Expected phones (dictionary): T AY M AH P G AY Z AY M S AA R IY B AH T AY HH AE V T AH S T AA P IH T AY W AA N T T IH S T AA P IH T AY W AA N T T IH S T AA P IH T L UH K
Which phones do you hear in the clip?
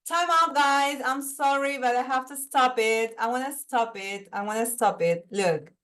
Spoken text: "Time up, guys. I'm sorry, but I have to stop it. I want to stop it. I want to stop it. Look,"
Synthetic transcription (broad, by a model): T AY M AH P G AY Z AY M S AA R IY B AH T AY HH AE F T AH S T AA P IH T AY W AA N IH S T AA P IH T AY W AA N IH S T AA P IH T L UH K